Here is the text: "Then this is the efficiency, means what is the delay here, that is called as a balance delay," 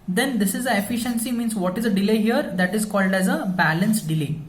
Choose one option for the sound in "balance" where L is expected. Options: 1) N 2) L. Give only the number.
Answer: 2